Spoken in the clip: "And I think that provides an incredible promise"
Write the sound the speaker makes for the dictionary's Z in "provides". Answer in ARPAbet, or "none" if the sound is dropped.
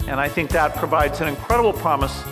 Z